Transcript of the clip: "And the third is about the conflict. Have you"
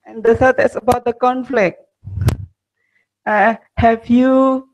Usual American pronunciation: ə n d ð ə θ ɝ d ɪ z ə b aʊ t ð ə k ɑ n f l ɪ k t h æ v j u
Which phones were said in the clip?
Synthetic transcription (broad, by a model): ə n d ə s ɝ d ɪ s ə b aʊ t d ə k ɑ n f l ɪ k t h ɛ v j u